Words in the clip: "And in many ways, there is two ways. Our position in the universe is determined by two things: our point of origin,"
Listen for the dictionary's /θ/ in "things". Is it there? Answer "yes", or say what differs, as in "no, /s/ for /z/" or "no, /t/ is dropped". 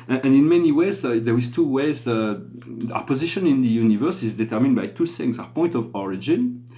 no, /s/ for /θ/